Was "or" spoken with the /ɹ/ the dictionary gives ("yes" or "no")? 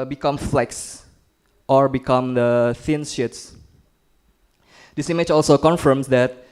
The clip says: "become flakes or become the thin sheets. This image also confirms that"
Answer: yes